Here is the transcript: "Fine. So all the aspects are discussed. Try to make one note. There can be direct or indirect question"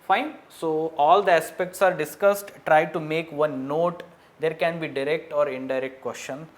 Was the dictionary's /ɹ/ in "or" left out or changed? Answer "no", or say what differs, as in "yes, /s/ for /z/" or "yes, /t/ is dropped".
no